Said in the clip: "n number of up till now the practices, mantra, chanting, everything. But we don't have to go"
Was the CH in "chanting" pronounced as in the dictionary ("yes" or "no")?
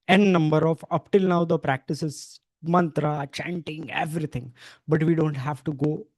yes